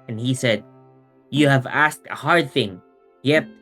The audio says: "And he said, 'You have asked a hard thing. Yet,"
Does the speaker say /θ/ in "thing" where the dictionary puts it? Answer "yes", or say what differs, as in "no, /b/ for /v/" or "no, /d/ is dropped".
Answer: yes